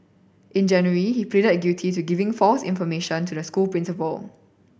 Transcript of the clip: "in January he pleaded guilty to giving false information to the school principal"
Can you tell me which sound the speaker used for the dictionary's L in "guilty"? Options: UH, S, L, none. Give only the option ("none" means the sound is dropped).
none